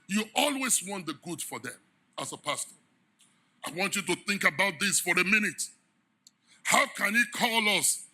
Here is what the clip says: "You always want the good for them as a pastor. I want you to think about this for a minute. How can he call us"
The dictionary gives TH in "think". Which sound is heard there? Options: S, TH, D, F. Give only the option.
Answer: TH